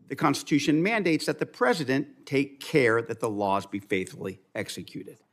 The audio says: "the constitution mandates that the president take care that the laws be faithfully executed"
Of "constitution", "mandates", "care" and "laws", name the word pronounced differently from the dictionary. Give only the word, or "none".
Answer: none